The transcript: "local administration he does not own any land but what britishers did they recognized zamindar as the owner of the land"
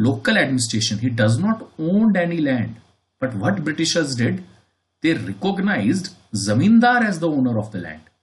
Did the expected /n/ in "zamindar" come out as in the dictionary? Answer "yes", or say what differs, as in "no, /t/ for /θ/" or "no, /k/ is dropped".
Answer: yes